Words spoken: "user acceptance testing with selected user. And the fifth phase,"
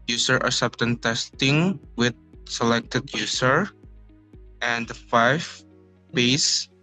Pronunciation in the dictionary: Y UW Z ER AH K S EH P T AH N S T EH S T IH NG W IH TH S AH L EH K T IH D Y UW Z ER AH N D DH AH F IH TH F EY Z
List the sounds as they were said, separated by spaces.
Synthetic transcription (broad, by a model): Y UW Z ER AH S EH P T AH N T EH S T IH NG W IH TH S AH L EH K T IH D Y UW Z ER AH N D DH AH F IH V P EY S